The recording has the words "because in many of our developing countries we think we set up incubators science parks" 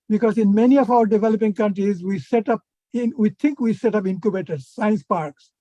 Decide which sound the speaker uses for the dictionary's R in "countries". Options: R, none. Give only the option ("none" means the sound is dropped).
R